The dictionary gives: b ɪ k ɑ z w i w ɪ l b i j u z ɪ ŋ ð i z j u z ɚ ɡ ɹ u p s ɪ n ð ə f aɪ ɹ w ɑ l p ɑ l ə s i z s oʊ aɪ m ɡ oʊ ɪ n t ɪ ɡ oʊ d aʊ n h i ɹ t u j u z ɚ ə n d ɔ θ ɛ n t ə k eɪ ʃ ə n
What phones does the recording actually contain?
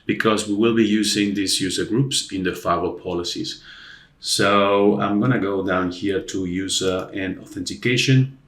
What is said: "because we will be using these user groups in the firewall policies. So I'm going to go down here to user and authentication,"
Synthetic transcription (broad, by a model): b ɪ k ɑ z w i w ɪ l b i j u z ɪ ŋ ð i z j u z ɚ ɡ ɹ u p s ɪ n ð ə f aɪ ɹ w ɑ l p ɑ l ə s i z s oʊ aɪ m ɡ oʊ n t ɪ ɡ oʊ d aʊ n h i ɹ t u j u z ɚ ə n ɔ θ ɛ n t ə k eɪ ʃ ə n